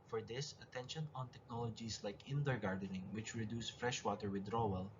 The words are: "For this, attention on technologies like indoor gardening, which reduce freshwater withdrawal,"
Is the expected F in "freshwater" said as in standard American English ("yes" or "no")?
yes